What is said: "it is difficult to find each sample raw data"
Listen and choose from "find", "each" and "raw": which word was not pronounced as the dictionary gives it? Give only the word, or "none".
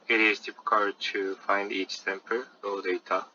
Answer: none